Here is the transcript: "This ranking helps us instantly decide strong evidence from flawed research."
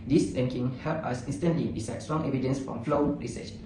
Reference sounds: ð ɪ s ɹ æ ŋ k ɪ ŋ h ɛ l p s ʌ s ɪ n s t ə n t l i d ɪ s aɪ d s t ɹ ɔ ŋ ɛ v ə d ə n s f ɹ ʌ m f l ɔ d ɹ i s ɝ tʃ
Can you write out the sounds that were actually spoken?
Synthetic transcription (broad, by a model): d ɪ s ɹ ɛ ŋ k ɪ ŋ h ɛ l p ʌ s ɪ n s t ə n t l i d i s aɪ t s t ɹ ɔ ŋ ɛ v ə d ə n s f ɹ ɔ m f l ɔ ɹ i s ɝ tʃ